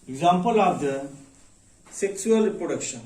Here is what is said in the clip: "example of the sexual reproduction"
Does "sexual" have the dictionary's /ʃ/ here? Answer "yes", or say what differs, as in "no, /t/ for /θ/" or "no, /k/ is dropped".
no, /s/ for /ʃ/